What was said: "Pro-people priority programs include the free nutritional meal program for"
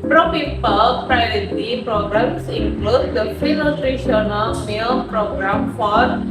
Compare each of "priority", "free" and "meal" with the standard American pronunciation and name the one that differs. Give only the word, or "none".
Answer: free